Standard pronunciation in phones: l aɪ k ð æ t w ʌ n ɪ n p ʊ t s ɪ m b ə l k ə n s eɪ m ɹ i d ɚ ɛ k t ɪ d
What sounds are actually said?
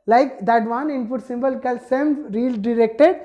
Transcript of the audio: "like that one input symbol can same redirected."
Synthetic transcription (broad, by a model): l aɪ k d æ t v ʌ n ɪ n p ʊ t s ɪ m b ə l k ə l s eɪ m ɹ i d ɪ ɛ k t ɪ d